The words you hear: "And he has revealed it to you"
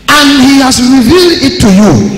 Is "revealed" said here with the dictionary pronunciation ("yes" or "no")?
yes